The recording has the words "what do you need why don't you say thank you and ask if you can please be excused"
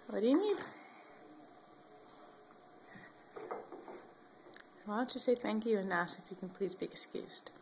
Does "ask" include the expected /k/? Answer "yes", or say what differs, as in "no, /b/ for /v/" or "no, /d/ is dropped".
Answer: no, /k/ is dropped